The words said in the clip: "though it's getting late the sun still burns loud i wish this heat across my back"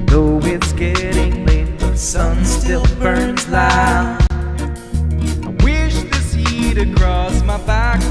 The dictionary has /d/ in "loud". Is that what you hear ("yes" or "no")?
no